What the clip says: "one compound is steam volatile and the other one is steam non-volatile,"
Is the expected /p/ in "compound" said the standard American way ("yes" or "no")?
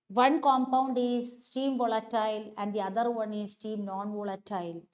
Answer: yes